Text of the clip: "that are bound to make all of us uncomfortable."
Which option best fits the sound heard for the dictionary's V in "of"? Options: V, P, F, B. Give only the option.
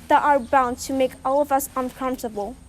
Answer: V